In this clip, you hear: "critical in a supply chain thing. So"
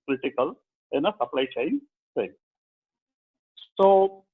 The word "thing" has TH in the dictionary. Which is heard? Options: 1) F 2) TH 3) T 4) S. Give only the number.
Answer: 4